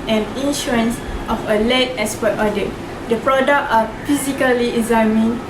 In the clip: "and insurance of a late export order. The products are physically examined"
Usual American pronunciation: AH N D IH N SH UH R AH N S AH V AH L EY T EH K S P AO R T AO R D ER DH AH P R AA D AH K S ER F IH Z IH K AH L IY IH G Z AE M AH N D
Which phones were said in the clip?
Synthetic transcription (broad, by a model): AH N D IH N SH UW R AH N S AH F AH L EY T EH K S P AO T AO D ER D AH P R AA D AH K AA F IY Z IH K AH L IY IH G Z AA M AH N